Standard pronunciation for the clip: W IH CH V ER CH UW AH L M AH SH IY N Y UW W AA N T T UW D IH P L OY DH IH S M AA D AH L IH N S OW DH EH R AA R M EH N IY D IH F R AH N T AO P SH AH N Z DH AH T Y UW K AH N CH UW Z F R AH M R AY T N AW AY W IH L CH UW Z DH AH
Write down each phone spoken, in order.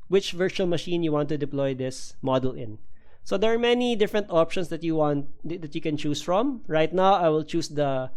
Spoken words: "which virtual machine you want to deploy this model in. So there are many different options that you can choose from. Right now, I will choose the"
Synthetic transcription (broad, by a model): W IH CH V ER CH UW AH L M AH SH IY N Y UW W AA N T T UW D IH P L OY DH IH S M AA D AH L IH N S OW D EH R AA R M EH N IY D IH F R AH N T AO P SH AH N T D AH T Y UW K AH N CH UW S F R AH M R AY T N AW AY W IH L CH UW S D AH